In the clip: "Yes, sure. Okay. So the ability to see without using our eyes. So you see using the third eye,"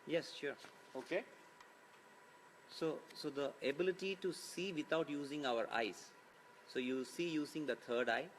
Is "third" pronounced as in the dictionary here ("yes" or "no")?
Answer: no